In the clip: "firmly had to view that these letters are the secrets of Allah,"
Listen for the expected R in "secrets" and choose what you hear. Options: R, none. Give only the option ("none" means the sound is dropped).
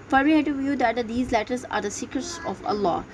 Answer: none